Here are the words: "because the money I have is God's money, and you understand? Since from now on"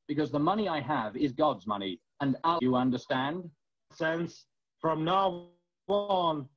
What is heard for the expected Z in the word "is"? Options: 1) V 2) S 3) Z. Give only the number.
3